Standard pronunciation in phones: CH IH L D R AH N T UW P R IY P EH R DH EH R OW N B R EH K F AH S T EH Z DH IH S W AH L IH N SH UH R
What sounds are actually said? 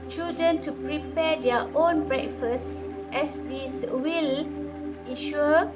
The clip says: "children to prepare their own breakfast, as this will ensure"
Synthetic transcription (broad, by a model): CH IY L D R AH N T UW P R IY P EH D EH OW N B R EH K F AH S T EH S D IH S W AH L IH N SH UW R